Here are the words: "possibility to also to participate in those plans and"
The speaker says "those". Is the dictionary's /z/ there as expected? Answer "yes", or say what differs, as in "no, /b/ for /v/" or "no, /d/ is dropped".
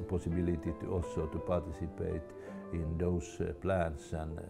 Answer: no, /s/ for /z/